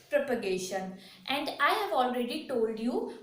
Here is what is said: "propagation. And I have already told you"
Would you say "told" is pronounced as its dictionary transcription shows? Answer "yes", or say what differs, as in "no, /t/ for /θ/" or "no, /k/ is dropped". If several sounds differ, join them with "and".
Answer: yes